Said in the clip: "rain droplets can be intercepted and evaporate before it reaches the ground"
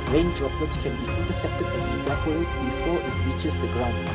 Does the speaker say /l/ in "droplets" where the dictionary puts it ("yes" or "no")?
no